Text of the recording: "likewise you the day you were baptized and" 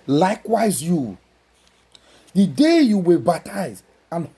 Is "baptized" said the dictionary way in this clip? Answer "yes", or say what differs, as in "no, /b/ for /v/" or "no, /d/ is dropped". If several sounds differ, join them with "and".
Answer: no, /d/ is dropped